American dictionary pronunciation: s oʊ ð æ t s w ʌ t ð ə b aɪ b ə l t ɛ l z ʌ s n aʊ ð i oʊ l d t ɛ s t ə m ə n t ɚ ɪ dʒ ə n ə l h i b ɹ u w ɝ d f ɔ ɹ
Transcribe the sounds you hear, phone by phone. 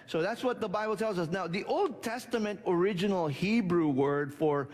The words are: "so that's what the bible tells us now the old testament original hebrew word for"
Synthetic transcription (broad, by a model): s oʊ ð æ t s w ʌ t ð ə b aɪ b l t ɛ l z ʌ s n aʊ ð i oʊ l d t ɛ s t ə m ə n t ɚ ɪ dʒ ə n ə l h i b ɹ u w ɝ d f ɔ ɹ